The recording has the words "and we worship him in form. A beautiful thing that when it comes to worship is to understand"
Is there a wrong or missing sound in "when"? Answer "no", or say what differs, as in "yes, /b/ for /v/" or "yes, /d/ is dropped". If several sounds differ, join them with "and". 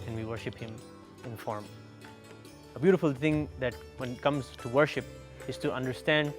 no